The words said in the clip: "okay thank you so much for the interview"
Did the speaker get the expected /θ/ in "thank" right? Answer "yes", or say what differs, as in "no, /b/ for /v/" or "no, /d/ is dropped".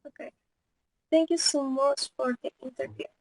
no, /t/ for /θ/